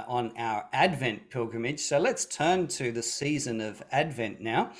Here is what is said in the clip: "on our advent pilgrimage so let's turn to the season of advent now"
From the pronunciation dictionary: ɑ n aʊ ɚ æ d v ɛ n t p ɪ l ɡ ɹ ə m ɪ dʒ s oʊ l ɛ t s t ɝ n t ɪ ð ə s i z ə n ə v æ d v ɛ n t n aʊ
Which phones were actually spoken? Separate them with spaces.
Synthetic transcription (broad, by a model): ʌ n aʊ ɚ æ d v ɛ n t p ɪ l ɡ ɹ ə m ɪ dʒ s oʊ l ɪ t s t ɝ n t ɪ ð ə s i z ə n ə v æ d v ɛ n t n aʊ